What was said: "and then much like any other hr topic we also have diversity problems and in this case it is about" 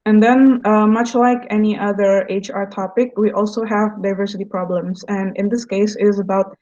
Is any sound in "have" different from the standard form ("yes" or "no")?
no